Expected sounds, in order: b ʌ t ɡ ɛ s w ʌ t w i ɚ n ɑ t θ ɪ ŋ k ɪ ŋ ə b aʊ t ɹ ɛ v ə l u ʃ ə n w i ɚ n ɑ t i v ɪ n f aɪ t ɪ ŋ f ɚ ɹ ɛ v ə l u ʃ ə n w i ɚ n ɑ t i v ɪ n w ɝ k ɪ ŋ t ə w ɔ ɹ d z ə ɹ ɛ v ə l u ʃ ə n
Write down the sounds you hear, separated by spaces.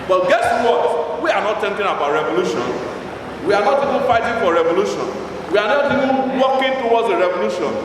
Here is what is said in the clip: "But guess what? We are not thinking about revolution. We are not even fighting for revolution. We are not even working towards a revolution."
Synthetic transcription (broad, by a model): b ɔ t ɡ ɛ s w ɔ t w i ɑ n ɑ t t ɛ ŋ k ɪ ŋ ə b aʊ t ɹ ɛ v ə l u ʃ ə n w i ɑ n ɑ t i v ɪ n f aɪ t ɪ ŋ f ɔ ɹ ɛ v ə l u ʃ ə n w i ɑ n ɑ t i v ɪ n w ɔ k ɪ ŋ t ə w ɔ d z ə ɹ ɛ v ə l u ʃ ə n